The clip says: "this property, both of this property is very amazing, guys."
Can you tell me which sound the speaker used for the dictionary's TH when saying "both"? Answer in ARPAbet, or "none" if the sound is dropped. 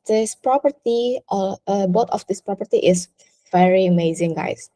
T